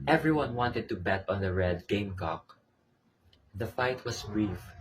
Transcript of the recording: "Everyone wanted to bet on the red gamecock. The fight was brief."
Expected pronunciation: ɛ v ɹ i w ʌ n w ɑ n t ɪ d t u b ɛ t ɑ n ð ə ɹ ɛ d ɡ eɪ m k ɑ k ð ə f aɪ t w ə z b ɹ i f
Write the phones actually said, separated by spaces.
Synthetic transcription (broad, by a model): ɛ v ɹ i w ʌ n w ɑ n t ɪ d t u b ɛ t ɑ n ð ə ɹ ɛ d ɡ eɪ m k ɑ k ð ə f aɪ t w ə s b ɹ i f